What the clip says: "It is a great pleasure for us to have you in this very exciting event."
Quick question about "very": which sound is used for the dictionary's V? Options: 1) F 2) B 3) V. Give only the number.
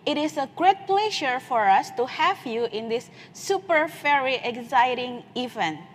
1